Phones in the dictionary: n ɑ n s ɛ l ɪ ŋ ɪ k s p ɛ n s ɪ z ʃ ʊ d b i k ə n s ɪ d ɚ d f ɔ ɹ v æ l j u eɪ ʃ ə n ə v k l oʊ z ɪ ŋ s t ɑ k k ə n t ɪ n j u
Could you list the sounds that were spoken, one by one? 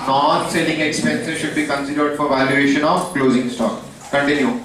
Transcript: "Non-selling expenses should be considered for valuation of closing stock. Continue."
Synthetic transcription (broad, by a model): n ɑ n s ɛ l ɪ ŋ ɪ k s p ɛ n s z ʃ ʊ d b i k ə n s ɪ d ɚ d f ɔ ɹ v æ l j u eɪ ʃ ə n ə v k l oʊ z ɪ ŋ s t ɑ k k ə n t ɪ n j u